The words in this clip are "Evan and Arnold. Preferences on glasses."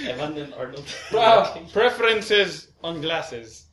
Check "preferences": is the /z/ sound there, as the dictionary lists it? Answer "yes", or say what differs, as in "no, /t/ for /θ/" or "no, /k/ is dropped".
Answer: yes